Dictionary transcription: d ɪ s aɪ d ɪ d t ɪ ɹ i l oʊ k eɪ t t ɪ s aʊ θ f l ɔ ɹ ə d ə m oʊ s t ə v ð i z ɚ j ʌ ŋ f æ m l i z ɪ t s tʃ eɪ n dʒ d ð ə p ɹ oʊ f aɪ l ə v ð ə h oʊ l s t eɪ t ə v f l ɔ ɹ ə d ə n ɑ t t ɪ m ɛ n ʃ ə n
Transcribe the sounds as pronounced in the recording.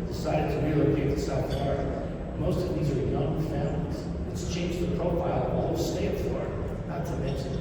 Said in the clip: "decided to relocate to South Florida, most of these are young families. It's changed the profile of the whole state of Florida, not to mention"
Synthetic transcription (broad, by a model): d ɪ s aɪ d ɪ d t ɪ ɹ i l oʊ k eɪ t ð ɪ s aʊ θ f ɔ ɹ m oʊ s t ə v ð i z ɚ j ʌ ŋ f æ m l i z ɪ t s tʃ eɪ n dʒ ð ə p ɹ oʊ f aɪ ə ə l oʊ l s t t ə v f ɔ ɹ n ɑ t t ɪ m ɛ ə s